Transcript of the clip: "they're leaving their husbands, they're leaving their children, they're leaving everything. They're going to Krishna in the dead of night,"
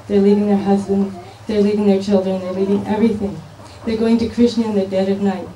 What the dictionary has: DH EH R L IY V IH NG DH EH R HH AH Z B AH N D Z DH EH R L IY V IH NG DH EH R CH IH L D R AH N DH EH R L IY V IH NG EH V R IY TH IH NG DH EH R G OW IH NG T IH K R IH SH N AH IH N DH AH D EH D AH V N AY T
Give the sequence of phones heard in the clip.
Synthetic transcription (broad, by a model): DH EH R L IY V IH NG DH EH R HH AH Z B AH N D Z DH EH R L IY V IH NG DH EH R CH IH L D R AH N DH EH R L IY V IH NG EH V R IY TH IH NG DH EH R G OW IH NG T IH K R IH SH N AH IH N DH AH D EH D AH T N AY T